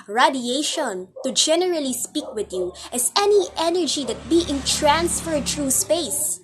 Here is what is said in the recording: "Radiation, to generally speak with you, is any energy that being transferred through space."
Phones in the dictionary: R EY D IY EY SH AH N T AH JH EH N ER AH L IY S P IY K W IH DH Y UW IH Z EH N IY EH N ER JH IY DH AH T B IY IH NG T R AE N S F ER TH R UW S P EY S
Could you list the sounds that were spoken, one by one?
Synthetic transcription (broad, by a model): R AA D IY EY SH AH N T AH JH EH N ER AH L IY S P IY K W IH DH Y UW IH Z EH N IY EH N ER JH IY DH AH T B IY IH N T R AE N S F ER T R UW S P EY S